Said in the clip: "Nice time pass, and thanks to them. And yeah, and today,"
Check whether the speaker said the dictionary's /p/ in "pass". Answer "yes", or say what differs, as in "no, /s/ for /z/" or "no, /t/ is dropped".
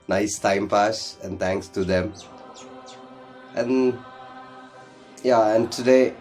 no, /f/ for /p/